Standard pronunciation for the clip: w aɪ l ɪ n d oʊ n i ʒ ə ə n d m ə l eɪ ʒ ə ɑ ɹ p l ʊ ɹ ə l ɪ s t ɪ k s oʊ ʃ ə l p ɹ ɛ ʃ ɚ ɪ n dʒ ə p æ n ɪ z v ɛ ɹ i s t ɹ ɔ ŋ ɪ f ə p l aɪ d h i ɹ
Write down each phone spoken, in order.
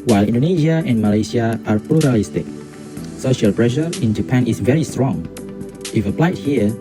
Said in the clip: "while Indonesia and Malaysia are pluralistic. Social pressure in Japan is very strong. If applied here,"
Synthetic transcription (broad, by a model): w aɪ l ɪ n d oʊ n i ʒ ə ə n m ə l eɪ s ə ɑ ɹ p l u ɹ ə l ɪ s t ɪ k s oʊ ʃ ə l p ɹ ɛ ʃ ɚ ɪ n dʒ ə p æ n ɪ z v ɛ ɹ i s t ɹ ɔ ŋ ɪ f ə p l aɪ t h i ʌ